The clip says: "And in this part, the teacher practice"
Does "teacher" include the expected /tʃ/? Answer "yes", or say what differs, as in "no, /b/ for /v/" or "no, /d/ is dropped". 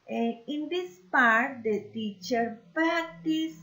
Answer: yes